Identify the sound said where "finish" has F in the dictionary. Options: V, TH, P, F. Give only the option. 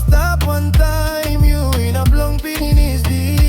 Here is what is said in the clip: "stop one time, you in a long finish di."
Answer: P